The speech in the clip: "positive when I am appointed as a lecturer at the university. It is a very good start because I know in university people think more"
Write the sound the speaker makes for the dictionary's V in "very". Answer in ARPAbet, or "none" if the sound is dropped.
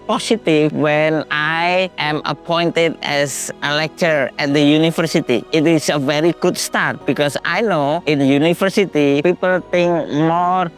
V